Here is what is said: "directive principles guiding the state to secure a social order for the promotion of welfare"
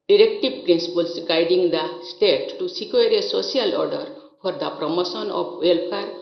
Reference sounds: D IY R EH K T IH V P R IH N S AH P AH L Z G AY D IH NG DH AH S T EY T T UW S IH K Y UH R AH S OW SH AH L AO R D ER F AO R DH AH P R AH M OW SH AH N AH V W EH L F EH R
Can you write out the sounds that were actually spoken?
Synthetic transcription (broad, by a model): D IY R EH K T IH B P R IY N S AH P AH L S G AY D IH NG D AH S T EY T T UW S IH K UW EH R AH S OW S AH L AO R D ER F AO R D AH P R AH M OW S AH N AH P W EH L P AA R